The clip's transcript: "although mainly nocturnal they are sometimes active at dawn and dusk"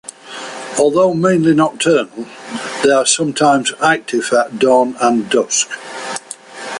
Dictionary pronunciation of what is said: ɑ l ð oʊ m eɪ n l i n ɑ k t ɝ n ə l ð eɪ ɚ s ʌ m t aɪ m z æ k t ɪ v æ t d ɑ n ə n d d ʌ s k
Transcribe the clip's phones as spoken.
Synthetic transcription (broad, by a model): ɑ l ð oʊ m eɪ n l i n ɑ t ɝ n ə l ð eɪ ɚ s ʌ m t aɪ m z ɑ k t ɪ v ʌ t d ɑ n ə n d d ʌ s k